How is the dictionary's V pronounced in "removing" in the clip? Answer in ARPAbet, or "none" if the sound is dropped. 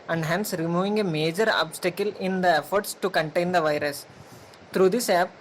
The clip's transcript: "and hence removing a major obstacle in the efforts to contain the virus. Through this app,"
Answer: V